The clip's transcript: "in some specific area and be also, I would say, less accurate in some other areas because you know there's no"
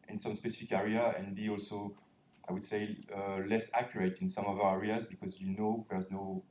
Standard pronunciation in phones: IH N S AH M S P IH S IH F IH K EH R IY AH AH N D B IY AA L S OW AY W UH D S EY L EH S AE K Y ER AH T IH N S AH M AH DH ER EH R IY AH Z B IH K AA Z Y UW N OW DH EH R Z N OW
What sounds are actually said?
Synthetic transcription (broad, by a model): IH N S AH M S P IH S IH F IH K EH R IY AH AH N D B IY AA L S OW AY W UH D S EY L EH S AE K Y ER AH T IH N S AH M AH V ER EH R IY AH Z B IH K AA Z Y UW N OW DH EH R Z N OW